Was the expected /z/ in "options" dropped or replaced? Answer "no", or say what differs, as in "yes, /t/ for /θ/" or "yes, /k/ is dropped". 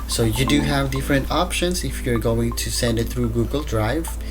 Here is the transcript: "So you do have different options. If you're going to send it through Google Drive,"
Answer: yes, /s/ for /z/